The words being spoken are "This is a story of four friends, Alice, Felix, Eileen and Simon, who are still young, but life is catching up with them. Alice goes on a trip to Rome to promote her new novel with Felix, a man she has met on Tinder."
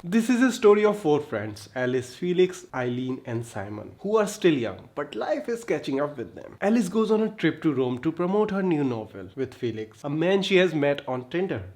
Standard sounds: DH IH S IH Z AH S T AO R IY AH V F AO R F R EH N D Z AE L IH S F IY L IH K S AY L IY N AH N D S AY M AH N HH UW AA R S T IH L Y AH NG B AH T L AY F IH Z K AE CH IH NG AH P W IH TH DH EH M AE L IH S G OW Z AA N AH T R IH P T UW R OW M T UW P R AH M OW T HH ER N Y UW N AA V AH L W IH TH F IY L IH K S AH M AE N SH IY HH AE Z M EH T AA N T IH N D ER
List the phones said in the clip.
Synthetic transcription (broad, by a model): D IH S IH Z AH S T AO R IY AH V F AO R F R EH N D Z AE L IH S F IY L IH K S AY L IY N AH N D S AY M AH N HH UW AA R S T IH L Y AH NG B AH T L AY F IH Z K AE CH IH NG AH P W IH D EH M AE L IH S G OW Z AA N AH T R IH P T UW R OW M T UW P R AH M OW T HH ER N Y UW N AA V AH L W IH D F IY L IH K S AH M AE N SH IY HH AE Z M EH T AA N T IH N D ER